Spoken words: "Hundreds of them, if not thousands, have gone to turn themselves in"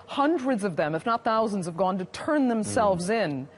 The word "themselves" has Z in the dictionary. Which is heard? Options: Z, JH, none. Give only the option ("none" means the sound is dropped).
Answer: Z